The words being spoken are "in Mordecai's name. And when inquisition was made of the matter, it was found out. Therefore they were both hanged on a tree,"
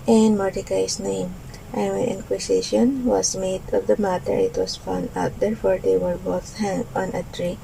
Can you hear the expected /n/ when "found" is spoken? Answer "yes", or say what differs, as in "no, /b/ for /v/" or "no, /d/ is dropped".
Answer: yes